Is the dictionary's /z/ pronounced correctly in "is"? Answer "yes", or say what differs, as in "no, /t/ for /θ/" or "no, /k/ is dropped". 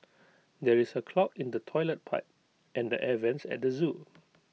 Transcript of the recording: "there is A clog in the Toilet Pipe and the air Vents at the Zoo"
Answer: no, /s/ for /z/